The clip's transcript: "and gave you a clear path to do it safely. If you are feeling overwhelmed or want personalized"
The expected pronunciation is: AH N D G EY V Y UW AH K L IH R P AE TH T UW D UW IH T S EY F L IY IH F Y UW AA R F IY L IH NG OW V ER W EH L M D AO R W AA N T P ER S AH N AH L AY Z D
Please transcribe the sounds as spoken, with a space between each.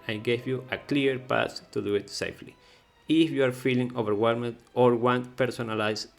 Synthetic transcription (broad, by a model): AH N G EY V Y UW AH K L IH R P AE S T UW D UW IH T S EY F L IY IH F Y UW AA R F IY L IH NG OW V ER W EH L M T AO R W AA N T P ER S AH N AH L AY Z